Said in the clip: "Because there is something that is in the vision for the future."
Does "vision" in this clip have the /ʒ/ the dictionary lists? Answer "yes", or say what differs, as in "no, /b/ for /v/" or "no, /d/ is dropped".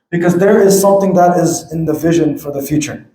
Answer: yes